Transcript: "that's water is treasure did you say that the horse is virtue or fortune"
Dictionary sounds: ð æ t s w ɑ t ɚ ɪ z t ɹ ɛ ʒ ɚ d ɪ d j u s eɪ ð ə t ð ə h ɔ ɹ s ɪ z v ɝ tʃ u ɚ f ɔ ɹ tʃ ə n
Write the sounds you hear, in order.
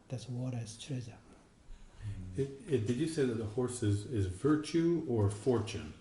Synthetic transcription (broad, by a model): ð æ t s w ɑ t ɚ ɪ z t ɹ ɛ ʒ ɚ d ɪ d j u s eɪ ð ə t ð ə h ɔ ɹ s ɪ z v ɝ tʃ u ɚ f ɔ ɹ tʃ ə n